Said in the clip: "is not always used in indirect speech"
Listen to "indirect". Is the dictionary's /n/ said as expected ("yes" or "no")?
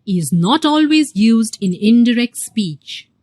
yes